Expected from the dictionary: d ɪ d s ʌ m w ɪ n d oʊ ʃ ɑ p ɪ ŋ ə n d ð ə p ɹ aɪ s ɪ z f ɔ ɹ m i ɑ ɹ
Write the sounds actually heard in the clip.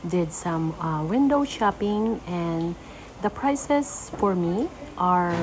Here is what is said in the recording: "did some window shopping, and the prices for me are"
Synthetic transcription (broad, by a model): d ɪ d s ʌ m w ɪ n d oʊ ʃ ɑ p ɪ ŋ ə n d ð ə p ɹ aɪ s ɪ s f ɔ ɹ m i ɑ ɹ